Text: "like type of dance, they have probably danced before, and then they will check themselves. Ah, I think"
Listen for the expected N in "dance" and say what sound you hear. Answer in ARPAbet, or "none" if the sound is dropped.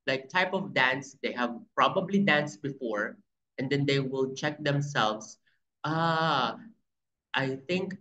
N